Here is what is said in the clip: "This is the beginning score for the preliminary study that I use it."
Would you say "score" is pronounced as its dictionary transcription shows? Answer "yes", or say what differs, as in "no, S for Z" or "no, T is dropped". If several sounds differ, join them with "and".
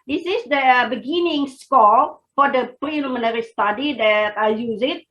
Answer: no, L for R